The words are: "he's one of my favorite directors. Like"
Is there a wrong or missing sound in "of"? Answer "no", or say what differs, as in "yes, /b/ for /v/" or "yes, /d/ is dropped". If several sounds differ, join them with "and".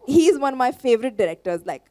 no